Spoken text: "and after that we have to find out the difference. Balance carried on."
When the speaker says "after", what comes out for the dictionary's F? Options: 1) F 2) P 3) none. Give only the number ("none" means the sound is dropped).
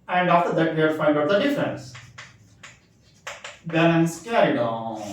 1